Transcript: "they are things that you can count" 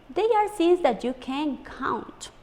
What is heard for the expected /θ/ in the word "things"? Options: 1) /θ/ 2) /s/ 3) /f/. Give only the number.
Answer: 2